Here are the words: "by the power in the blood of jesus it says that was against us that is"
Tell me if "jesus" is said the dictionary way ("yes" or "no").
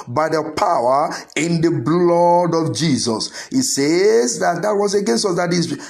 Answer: yes